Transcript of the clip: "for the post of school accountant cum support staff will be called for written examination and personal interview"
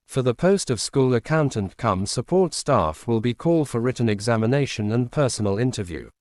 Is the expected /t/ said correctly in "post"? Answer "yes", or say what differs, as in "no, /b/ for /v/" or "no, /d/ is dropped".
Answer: yes